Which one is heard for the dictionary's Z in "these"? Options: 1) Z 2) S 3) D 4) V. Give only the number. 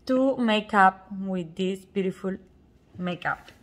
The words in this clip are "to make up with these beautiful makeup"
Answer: 2